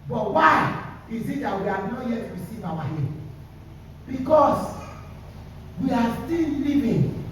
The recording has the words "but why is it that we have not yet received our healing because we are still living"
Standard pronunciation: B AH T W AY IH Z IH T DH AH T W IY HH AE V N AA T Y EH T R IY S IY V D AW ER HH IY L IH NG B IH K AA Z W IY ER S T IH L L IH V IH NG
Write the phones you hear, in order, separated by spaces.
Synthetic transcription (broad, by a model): B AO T W AY IH Z IH T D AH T W IY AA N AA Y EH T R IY S IY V AW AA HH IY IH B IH K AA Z W IY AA S T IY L L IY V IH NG